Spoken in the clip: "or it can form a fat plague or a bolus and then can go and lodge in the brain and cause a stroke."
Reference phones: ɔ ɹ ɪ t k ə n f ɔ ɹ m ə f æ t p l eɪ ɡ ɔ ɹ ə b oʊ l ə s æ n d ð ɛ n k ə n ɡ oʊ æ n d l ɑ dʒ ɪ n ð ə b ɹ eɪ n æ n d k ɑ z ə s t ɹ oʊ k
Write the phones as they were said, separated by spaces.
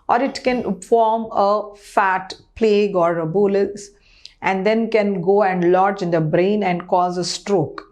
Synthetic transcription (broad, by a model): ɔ ɹ ɪ t k ə n f ɔ ɹ m ə f æ t p l eɪ ɡ ɔ ɹ ə b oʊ l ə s æ n d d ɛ n k ə n ɡ oʊ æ n d l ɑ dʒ ɪ n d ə b ɹ eɪ n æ n d k ɑ z ə s t ɹ oʊ k